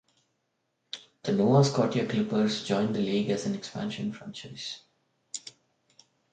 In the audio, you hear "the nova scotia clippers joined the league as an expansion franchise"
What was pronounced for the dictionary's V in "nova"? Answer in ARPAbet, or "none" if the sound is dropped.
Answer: none